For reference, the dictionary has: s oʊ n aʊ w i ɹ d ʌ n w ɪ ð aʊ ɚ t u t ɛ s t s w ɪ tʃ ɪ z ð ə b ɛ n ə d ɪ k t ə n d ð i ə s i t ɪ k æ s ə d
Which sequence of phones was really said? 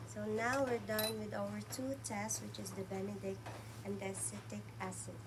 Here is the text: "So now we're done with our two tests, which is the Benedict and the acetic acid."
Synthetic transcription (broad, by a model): s oʊ n aʊ w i ɹ d ʌ n w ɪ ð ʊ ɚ t u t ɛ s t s w ɪ tʃ ɪ z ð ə b ɛ n ə d ɪ k t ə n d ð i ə s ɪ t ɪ k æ s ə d